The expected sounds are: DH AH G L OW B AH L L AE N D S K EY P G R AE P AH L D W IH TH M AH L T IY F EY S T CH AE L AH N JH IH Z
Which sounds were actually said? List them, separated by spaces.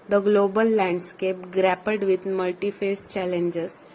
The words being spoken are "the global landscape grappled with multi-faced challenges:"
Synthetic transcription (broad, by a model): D AH G L OW B AH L L AE N D S K EY P G R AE P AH D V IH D M AH L T IY F EY S CH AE L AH N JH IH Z